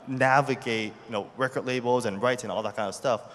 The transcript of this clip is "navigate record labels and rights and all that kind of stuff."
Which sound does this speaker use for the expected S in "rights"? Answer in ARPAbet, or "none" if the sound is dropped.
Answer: none